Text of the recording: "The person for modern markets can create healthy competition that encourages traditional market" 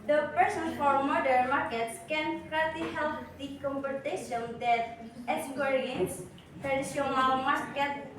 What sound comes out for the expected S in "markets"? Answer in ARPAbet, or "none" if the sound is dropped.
S